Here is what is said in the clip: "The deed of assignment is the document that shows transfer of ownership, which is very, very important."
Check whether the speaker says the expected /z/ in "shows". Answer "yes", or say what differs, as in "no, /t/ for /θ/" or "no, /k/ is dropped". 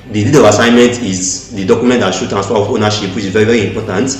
no, /z/ is dropped